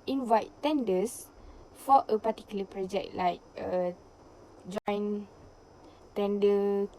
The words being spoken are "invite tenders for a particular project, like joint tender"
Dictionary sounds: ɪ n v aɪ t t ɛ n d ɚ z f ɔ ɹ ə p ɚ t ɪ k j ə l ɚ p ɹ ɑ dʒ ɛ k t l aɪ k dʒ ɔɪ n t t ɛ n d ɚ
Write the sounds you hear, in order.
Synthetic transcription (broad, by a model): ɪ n v aɪ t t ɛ n d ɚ s f ɔ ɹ ə p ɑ t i k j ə l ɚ p ɹ ɑ dʒ ɛ k t l aɪ k dʒ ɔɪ n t t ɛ n d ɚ